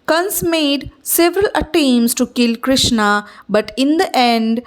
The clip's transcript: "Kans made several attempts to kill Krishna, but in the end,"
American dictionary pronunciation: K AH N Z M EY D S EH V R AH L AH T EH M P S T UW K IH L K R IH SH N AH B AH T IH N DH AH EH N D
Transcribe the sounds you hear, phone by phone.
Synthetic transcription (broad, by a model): K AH N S M EY D S EH V R AH L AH T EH M S T UW K IH L K R IH SH N AH B AH T IH N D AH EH N D